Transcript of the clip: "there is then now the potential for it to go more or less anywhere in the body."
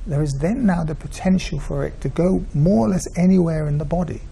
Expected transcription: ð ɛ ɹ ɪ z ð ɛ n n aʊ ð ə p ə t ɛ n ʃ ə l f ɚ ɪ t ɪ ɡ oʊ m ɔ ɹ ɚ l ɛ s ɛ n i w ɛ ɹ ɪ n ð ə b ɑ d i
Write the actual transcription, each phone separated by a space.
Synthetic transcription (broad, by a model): ð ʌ ɹ ɪ z ð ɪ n n aʊ ð ə p ə t ɛ n ʃ ə l f ɚ ɪ t ɪ ɡ oʊ m ɔ ɹ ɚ l ɛ s ɛ n i w ɛ ɹ ɪ n ð ə b ɑ d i